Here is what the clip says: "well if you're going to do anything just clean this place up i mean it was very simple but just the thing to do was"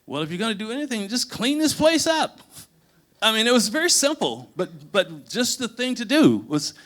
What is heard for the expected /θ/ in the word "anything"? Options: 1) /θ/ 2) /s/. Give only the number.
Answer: 1